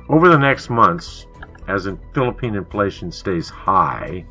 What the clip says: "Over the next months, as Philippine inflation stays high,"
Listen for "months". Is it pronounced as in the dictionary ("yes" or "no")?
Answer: yes